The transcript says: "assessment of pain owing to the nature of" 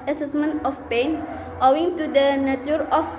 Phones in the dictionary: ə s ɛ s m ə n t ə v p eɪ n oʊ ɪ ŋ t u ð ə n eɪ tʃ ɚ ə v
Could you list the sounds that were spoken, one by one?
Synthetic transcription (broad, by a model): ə s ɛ s m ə n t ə f p eɪ n oʊ ɪ ŋ t u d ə n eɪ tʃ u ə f